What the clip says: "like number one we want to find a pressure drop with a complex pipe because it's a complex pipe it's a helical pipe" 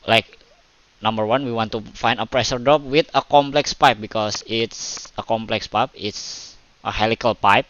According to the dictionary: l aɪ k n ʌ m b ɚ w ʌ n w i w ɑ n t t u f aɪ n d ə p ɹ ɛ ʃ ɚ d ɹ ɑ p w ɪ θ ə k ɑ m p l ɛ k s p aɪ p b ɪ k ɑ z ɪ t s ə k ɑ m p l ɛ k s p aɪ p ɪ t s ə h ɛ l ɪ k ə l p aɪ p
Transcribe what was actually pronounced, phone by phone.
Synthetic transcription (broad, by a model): l aɪ k n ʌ m b ɚ w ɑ n w i w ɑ n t t u f aɪ n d ə p ɹ ɛ ʃ ɚ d ɑ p w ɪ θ ə k ɑ m p l ɛ k s p aɪ p b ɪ k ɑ s ɪ t s ə k ɑ m p l ɛ k s p aɪ p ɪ t s ə h ɛ l ɪ k ə l p aɪ p